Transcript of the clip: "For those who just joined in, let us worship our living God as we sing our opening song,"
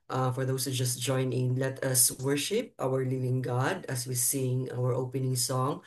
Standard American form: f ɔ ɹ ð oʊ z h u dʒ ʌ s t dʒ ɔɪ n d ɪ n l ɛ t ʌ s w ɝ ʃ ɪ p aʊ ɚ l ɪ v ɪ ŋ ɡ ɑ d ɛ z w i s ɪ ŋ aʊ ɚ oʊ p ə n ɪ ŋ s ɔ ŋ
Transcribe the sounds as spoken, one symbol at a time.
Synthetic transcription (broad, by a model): f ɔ ɹ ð oʊ s h u dʒ ʌ s t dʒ ɔɪ n ɪ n l ɛ t ʌ s w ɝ ʃ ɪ p aʊ ɚ l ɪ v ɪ ŋ ɡ ɑ d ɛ s w i s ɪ ŋ aʊ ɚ oʊ p ə n ɪ ŋ s ɔ ŋ